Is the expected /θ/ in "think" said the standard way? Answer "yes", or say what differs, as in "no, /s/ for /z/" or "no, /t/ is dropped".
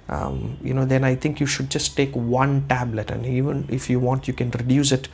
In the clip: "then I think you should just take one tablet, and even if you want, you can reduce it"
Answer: no, /t/ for /θ/